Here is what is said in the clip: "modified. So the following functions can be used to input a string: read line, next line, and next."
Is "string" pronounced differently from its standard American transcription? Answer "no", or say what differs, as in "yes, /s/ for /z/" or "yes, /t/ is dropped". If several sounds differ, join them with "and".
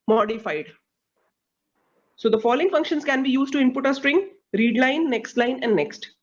no